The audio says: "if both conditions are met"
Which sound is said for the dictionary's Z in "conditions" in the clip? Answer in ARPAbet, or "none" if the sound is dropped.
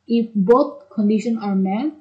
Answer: none